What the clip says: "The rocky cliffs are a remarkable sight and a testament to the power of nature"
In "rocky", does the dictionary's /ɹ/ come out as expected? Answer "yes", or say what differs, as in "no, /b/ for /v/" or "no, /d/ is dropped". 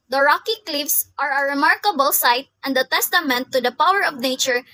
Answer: yes